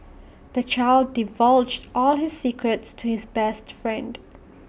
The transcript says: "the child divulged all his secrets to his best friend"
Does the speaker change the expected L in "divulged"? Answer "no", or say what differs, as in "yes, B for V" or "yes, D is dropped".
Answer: no